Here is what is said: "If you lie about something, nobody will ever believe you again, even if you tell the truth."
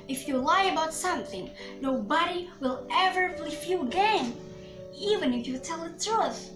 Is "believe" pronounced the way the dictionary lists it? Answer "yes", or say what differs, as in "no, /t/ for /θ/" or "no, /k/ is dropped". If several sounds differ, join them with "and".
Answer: no, /f/ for /v/